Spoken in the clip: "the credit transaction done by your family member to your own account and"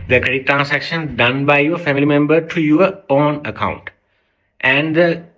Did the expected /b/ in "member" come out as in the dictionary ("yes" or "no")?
yes